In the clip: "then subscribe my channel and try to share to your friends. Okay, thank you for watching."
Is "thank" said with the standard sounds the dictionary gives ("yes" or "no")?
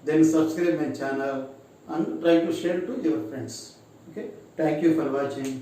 no